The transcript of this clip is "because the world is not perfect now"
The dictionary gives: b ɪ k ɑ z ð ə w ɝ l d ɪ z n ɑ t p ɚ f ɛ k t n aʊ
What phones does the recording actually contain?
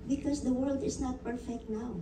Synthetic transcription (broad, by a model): b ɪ k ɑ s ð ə w ɝ l d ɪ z n ɑ t p ɚ f ɛ k t n aʊ